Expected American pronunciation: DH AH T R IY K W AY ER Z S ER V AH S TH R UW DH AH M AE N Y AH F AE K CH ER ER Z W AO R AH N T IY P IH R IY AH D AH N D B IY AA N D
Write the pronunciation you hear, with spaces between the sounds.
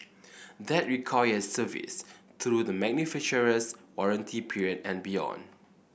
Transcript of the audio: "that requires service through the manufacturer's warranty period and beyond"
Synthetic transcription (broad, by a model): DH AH T R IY K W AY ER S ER V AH S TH R UW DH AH M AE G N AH F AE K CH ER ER S W AO R AH N T IY P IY R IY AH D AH N B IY AA N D